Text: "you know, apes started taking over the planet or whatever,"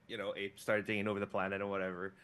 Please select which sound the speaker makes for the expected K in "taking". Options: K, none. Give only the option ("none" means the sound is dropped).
none